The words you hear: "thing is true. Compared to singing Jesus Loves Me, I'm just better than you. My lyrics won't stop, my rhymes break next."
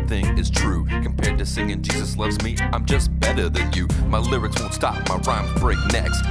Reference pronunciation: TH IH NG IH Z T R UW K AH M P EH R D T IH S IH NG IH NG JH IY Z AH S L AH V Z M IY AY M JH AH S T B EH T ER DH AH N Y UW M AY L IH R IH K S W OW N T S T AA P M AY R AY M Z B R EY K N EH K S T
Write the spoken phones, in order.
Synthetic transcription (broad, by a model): TH IH NG IH Z T R UW K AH M P EH R D T IH S IH NG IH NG JH IY Z AH S L AH V Z M IY AY M JH AH S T B EH T ER DH AH N Y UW M AY L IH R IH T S W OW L S T AA P M AY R AY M B R EY K N EH K S T